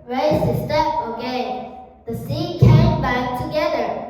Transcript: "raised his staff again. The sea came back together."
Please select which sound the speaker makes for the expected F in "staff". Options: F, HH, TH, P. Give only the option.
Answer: P